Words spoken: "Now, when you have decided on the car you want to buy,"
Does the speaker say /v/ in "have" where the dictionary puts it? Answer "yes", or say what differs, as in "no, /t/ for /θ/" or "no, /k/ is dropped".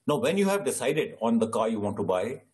yes